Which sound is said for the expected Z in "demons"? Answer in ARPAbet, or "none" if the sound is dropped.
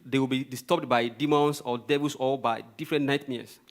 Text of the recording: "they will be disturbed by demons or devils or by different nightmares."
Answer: S